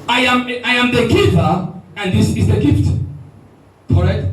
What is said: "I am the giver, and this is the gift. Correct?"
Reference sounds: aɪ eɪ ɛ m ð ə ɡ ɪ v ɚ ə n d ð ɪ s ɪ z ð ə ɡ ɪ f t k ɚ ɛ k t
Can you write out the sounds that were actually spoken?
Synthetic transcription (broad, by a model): aɪ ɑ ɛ m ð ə ɡ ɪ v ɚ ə n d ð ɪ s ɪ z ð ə ɡ ɪ f t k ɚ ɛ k t